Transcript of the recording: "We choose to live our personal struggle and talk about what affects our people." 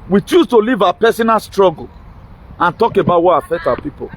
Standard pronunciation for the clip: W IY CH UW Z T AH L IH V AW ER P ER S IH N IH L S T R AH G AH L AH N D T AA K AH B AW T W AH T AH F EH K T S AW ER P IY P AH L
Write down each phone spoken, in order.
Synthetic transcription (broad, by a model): W IY CH UW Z T AH L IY V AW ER P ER S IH N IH L S T R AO G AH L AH N T AA K AH B AW T W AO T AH F EH K T AW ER P IY P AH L